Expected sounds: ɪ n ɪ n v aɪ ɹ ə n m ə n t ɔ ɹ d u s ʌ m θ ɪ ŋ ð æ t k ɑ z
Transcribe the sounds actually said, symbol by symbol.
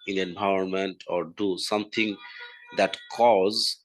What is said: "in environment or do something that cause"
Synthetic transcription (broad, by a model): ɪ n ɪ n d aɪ ə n m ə n t ɔ ɹ d u s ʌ m t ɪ ŋ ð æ t k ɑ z